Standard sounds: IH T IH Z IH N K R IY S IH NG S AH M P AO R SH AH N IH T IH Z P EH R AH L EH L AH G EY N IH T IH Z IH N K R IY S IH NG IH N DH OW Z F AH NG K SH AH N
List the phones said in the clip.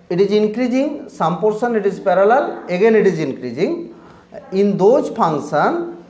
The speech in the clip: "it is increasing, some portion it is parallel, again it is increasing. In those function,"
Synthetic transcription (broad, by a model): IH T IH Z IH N K R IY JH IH NG S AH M P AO R S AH N IH T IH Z P EH R AH L EH L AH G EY N IH T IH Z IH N K R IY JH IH NG IH N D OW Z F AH NG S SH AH N